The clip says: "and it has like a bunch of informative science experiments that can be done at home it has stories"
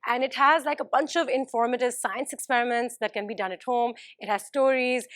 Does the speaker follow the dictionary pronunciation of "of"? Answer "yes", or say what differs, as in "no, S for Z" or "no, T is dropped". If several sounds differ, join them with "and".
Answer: yes